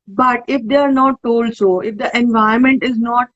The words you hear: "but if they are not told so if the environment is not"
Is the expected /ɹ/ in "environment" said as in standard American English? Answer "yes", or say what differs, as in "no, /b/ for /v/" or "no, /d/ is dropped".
no, /ɹ/ is dropped